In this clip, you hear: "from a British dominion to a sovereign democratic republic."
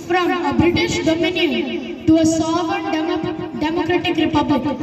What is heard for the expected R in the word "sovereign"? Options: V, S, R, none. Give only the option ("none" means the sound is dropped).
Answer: none